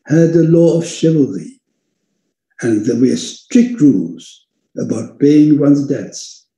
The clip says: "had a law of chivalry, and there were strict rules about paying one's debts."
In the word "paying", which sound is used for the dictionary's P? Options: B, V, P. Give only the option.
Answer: B